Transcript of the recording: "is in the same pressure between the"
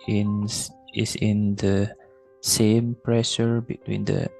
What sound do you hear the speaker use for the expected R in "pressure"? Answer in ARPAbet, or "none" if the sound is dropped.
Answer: R